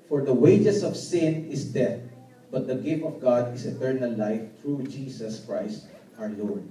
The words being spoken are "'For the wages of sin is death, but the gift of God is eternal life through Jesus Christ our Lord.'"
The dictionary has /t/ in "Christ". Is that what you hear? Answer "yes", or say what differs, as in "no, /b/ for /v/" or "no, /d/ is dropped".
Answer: yes